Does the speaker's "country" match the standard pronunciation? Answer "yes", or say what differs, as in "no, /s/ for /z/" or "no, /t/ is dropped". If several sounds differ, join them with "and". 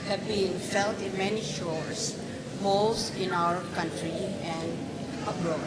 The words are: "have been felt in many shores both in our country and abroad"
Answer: yes